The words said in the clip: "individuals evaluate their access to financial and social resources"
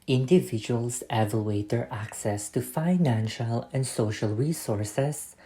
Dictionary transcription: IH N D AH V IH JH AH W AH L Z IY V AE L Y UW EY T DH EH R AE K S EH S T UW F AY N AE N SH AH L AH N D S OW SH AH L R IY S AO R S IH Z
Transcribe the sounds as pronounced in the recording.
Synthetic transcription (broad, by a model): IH N D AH V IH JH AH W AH L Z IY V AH L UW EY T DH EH R AE K S EH S T UW F AY N AE N SH AH L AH N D S OW SH AH L R IY S AO R S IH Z